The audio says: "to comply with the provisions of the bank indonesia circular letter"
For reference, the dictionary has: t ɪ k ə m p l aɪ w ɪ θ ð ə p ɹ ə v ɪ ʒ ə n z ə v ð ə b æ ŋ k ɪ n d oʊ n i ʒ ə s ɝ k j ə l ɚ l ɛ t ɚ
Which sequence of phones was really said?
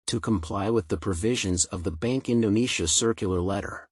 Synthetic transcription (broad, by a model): t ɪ k ə m p l aɪ w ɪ ð ə p ɹ ə v ɪ ʒ ə n z ə v ð ə b æ ŋ k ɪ n d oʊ n i ʃ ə s ɝ k j l ɚ l ɛ t ɚ